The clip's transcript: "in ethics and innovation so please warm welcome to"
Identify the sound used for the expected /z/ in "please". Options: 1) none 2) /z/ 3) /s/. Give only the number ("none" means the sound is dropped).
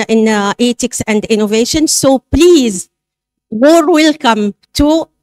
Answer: 2